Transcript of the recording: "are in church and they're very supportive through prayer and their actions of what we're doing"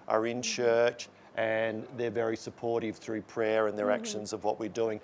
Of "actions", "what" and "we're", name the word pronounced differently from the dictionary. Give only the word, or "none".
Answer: none